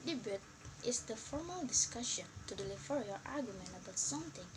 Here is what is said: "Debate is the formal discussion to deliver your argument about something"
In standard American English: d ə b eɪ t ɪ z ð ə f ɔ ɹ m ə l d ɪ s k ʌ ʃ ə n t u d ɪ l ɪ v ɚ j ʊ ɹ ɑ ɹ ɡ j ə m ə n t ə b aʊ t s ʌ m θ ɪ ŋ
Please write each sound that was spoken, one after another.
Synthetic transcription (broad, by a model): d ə b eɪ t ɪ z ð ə f ɔ ɹ m ə l d ɪ s k ʌ ʃ ə n t u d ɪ l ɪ f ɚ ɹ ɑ l ɑ ɹ ɡ j ə m ə n t ə b aʊ t s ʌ m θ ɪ ŋ